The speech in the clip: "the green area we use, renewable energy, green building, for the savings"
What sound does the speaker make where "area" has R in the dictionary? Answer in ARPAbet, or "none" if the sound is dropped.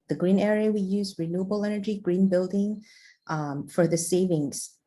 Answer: R